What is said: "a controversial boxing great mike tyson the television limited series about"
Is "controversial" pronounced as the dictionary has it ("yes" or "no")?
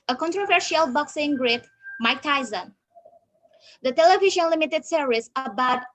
yes